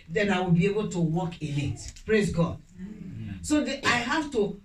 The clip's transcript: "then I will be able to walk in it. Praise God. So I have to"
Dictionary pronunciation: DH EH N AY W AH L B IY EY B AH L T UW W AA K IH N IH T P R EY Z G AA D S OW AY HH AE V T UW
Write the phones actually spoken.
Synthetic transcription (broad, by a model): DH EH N AY W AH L B IY EY B AH L T UW W AA K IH L IH T P R EY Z G AA D S OW AY HH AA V T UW